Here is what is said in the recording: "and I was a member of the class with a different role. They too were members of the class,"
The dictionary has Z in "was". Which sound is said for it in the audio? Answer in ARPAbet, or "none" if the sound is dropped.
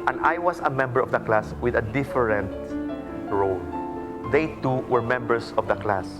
S